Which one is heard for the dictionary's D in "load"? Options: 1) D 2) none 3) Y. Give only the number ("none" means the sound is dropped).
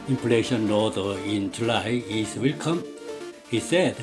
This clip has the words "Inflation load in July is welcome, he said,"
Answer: 2